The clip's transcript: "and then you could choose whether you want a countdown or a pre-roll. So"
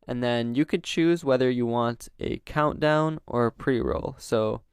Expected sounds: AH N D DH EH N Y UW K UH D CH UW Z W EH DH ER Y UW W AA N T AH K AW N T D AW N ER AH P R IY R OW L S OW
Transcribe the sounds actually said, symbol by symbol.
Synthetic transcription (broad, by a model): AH N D DH EH N Y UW K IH D CH UW Z W EH DH ER Y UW W AA N T AH K AW N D AW N ER AH P R IY R OW L S OW